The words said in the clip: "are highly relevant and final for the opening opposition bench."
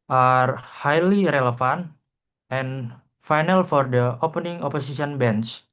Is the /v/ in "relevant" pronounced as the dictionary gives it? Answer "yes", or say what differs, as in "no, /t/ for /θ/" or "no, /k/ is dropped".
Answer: no, /f/ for /v/